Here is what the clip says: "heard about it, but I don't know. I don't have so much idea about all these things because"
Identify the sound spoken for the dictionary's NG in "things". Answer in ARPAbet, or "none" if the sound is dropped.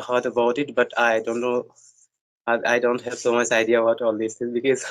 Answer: none